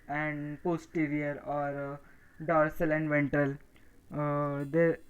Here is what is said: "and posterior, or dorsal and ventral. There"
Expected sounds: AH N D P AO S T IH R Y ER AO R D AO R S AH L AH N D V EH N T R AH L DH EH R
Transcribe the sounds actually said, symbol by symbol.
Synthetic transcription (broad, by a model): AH N D P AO S T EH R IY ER AO R D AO R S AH L AH N D V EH N T AH L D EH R